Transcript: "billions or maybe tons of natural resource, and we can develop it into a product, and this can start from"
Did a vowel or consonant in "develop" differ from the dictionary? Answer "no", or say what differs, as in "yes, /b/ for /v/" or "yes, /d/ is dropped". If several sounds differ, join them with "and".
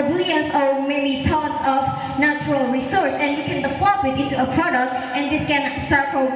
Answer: yes, /f/ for /v/